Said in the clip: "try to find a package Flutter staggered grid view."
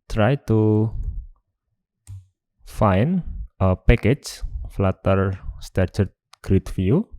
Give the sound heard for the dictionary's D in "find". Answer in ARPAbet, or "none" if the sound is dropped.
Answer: none